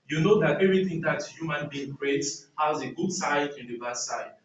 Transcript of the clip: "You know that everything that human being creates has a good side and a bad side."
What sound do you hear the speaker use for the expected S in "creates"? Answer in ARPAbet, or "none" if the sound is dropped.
none